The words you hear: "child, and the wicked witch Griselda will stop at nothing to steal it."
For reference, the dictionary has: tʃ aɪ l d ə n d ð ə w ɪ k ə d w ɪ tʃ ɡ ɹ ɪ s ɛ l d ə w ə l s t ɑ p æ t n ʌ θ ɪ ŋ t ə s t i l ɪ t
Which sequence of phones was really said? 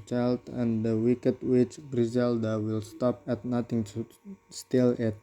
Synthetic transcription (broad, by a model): tʃ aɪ l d ə n d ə w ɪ k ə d w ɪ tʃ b ɹ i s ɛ l d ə w ə l s t ɑ p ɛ t n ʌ t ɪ ŋ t s t i l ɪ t